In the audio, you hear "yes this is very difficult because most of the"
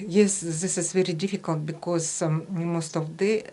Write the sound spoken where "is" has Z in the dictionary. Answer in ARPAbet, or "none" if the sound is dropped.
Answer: S